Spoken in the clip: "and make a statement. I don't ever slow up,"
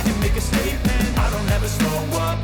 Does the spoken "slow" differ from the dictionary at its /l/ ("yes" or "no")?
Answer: yes